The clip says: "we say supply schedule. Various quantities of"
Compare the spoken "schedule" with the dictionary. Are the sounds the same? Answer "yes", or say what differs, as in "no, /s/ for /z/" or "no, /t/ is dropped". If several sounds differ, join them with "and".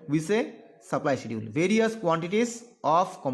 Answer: no, /k/ is dropped